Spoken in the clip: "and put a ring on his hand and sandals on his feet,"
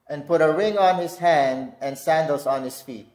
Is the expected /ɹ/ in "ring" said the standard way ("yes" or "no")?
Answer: yes